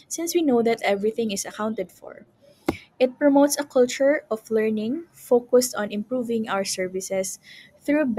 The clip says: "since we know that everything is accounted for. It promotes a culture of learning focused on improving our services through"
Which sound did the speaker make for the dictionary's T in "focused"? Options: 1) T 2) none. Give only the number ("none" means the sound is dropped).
1